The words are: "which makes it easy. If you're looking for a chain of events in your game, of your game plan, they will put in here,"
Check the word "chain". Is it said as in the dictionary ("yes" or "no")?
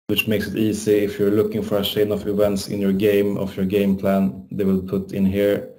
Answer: no